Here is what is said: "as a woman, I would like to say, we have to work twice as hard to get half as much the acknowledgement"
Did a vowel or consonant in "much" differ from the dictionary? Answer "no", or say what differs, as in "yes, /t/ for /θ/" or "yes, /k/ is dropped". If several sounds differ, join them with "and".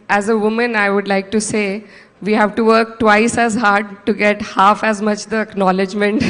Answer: no